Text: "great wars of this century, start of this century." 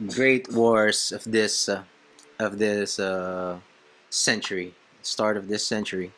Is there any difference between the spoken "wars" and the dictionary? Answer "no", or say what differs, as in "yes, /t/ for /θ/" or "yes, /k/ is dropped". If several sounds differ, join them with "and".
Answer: yes, /s/ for /z/